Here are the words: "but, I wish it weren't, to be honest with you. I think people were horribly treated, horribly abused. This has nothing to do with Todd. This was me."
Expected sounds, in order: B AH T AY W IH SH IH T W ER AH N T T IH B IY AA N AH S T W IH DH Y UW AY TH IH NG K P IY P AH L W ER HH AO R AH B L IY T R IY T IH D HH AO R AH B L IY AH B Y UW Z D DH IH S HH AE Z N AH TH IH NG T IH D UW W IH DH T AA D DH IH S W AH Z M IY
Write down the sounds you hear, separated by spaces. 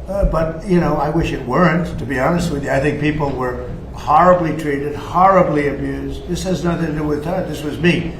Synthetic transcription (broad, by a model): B AH T AY W IH SH IH T W ER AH N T T IH B IY AA N AH S T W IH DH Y AY TH IH NG K P IY P L W ER HH AO R AH B L IY T R IY T IH D HH AO R AH B L IY AH B Y UW Z D DH IH S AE Z N AH TH IH NG T IH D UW W IH DH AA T DH IH S W AH Z M IY